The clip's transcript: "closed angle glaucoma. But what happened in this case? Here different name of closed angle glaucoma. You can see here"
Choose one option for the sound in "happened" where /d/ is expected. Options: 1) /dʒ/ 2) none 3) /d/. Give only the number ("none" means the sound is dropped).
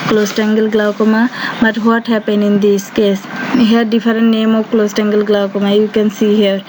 2